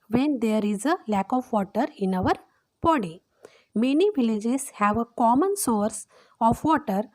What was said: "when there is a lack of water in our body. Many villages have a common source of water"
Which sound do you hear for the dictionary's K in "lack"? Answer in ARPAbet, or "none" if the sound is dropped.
K